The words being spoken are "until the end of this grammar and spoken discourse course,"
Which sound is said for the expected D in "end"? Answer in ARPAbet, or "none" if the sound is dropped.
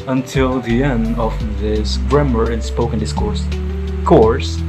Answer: D